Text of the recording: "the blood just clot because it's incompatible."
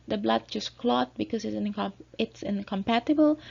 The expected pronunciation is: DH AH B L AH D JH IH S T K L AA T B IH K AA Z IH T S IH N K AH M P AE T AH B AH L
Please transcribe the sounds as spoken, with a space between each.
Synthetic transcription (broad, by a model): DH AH B L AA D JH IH S K L AA T B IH K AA S IH T S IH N K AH M P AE T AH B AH L